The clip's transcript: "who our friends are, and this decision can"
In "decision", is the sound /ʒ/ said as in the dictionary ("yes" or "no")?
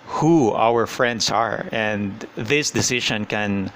no